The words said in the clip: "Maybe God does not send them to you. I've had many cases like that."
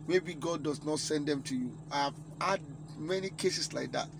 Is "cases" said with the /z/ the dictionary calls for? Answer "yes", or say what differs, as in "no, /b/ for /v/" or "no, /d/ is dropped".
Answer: no, /s/ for /z/